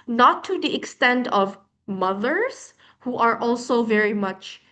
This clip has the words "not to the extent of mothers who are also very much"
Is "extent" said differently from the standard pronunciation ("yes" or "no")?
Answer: no